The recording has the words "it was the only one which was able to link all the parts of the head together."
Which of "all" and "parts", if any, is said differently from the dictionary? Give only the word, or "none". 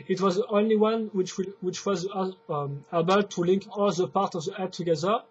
parts